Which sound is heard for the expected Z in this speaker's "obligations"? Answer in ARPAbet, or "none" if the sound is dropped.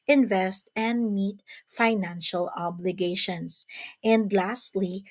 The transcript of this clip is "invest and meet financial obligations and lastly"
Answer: S